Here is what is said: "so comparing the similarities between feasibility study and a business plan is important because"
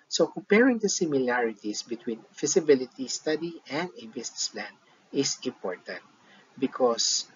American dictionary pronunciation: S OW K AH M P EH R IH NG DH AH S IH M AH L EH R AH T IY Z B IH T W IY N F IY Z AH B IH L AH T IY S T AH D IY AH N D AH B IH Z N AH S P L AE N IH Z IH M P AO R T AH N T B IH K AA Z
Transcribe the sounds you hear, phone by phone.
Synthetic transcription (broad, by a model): S OW K AH M P EH R IH NG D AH S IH M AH L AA R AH T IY S B IH T W IY N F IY S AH B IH L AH T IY S T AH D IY AH N D AH B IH S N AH S P L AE N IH S IH M P AO R T AH N T B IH K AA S